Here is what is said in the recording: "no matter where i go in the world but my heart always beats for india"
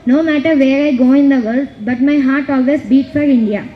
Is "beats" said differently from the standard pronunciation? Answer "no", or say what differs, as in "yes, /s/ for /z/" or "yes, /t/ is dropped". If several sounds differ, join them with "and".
yes, /s/ is dropped